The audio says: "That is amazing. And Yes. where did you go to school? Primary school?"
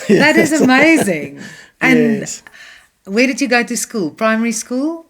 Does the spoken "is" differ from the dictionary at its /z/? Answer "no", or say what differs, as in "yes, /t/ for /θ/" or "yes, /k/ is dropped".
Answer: no